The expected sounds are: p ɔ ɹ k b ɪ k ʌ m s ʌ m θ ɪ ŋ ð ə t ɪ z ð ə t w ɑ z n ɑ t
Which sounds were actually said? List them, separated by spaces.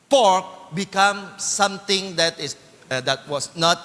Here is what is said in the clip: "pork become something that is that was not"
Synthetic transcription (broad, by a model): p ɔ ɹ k b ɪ k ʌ m s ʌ m t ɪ ŋ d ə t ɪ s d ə t w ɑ s n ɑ t